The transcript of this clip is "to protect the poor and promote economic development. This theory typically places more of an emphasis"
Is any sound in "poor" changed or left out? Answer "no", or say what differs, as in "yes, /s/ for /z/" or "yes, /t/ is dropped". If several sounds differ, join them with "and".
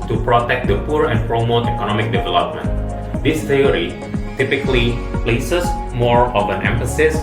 no